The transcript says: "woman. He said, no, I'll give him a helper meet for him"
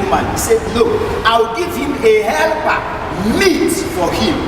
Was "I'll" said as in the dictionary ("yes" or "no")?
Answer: no